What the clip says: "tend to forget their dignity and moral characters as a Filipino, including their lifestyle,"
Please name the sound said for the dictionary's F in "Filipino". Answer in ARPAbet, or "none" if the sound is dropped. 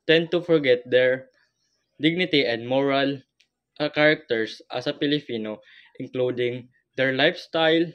P